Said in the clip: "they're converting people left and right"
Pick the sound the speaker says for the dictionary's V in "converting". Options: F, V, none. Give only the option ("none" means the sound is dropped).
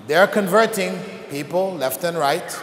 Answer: V